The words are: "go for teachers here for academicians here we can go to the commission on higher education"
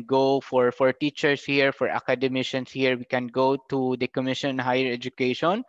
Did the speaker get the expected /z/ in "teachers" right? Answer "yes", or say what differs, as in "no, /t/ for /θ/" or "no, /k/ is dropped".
no, /s/ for /z/